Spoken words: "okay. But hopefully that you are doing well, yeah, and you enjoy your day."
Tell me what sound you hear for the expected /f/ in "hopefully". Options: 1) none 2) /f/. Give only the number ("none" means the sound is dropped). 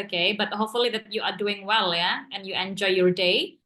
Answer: 2